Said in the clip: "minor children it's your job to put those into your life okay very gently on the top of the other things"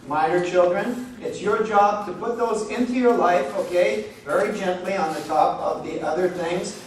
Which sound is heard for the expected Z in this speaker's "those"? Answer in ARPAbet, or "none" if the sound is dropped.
Z